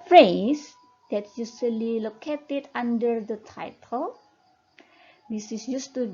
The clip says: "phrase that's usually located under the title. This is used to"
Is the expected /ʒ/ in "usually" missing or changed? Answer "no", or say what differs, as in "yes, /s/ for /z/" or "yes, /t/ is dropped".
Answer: yes, /s/ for /ʒ/